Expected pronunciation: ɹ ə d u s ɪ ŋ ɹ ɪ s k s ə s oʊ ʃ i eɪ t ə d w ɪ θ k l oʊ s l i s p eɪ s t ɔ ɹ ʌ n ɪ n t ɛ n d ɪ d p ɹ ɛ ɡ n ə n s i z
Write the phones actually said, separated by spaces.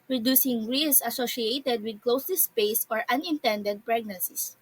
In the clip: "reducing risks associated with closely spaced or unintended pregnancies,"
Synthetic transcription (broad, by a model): ɹ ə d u s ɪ ŋ ɹ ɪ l s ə s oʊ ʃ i eɪ t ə d w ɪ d k l oʊ s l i s p eɪ s ɔ ɹ ʌ n ɪ n t ɛ n d ɪ d p ɹ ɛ ɡ n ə n s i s